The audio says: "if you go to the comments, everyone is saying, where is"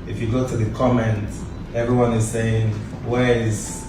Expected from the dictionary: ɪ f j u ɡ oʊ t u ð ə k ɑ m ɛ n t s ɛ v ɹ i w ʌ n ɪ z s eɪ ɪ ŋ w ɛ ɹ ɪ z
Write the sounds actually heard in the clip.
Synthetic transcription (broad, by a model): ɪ f j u ɡ oʊ t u ð ə k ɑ m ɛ n t ɛ v ɹ i w ʌ n ɪ z s eɪ ɪ ŋ w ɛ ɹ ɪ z